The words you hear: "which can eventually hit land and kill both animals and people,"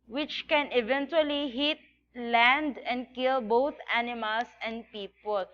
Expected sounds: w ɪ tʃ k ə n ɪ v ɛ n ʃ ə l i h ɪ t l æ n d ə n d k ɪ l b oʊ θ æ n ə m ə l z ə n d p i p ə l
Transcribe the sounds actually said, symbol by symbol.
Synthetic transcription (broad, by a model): w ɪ tʃ k ə n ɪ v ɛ n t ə l i h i t l æ n d ə n d k ɪ l b oʊ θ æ n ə m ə l s ə n d p i p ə l